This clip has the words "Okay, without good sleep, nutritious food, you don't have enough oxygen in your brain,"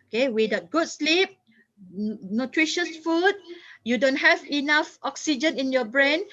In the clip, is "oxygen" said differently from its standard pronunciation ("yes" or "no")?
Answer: no